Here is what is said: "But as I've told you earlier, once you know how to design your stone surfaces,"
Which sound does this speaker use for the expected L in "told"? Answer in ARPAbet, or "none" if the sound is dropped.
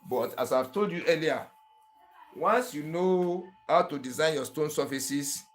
L